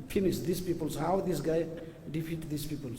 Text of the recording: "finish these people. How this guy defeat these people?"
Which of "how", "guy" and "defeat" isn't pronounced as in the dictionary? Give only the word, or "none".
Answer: defeat